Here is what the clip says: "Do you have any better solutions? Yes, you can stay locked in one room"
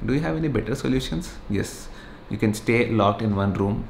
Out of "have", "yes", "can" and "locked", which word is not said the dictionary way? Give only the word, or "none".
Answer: none